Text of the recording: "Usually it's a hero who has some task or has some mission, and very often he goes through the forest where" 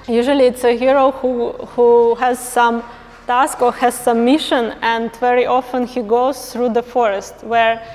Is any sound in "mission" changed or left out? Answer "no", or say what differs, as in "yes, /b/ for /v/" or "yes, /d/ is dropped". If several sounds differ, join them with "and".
no